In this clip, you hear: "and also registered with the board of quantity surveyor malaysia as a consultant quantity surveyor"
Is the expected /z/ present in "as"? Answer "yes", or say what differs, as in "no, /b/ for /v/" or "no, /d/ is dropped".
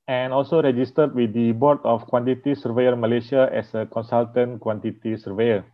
no, /s/ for /z/